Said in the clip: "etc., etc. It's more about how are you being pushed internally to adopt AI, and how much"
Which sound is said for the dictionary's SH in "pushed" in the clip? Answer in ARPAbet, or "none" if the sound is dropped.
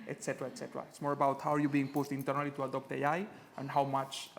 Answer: S